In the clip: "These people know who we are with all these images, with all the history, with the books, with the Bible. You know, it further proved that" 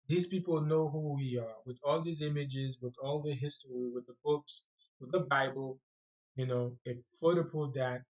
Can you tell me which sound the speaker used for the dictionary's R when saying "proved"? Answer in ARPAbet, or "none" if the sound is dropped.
none